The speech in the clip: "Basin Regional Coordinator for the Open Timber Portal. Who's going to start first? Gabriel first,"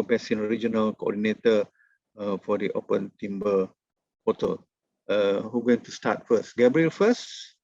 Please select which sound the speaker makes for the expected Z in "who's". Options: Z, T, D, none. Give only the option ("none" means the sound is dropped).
none